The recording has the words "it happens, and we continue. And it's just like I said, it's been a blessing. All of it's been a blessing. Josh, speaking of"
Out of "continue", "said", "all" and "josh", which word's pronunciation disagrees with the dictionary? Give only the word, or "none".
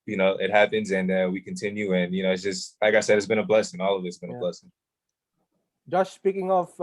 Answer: josh